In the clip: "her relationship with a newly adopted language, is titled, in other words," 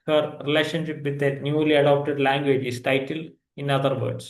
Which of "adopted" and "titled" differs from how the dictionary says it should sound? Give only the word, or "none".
titled